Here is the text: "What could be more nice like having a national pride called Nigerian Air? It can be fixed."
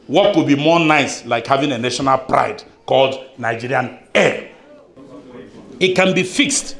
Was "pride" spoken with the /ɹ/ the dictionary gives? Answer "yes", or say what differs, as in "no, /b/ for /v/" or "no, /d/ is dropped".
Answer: yes